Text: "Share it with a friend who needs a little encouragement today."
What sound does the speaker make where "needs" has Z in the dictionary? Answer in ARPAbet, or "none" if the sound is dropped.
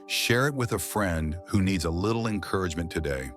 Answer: Z